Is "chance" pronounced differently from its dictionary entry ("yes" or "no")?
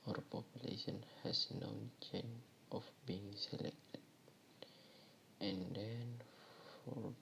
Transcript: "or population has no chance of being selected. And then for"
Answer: yes